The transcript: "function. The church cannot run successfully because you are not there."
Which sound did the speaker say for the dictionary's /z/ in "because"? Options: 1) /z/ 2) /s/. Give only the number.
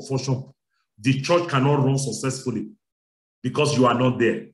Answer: 2